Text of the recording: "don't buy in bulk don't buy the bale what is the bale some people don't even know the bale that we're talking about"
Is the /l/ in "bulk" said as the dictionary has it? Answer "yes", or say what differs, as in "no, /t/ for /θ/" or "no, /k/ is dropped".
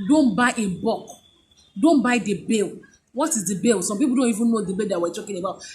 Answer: no, /l/ is dropped